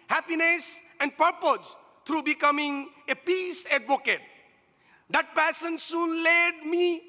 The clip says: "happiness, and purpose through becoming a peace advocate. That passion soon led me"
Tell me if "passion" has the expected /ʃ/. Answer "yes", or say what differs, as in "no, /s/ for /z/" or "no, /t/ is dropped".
no, /s/ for /ʃ/